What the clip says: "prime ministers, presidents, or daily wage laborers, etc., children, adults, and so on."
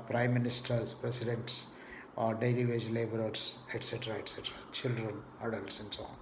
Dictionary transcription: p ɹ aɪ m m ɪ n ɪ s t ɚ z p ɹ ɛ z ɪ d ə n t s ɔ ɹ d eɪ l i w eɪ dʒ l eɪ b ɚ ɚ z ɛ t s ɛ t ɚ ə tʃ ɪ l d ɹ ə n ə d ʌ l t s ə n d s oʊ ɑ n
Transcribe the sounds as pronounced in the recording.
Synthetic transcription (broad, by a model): p ɹ aɪ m m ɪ n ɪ s t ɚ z p ɹ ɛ s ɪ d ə n t s ɔ ɹ d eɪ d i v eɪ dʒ l eɪ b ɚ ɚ s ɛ t s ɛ t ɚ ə tʃ ɪ l d ɹ ə n ə d ʌ l t s ə n d s oʊ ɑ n